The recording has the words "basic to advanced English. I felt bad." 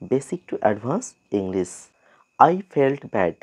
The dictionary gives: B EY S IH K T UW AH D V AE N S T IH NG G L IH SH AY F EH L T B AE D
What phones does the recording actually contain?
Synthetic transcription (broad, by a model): B EY S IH K T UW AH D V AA N S IH NG G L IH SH AY F EH L T B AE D